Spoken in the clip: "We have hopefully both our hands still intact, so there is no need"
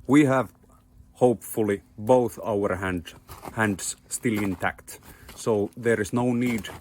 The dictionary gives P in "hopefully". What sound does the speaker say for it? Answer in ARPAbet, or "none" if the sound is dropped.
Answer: P